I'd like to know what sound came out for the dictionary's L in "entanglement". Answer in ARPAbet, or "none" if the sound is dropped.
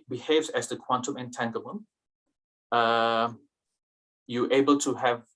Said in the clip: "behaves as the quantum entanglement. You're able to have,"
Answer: none